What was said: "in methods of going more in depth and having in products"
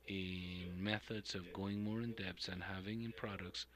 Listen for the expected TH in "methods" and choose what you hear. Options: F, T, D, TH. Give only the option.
TH